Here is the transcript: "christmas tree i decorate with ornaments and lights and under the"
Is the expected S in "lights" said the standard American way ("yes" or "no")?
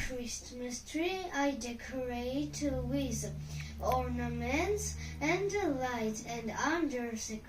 no